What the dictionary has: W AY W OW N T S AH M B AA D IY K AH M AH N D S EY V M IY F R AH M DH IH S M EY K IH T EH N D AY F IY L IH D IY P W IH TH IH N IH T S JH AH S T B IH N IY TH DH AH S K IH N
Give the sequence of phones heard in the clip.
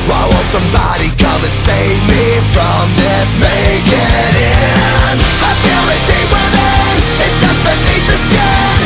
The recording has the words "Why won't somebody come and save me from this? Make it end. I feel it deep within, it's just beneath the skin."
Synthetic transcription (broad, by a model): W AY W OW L S AH M B AA D IY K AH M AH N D S EY V M IY F R AH M DH IH S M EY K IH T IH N AY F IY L IH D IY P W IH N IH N IH T S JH AH S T B IH N IY TH DH AH S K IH